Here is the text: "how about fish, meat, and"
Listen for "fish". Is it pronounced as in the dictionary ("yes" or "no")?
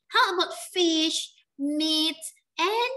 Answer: yes